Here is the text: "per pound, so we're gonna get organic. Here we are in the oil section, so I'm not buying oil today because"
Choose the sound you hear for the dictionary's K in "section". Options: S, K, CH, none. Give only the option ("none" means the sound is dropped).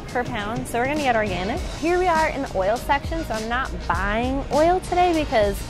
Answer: K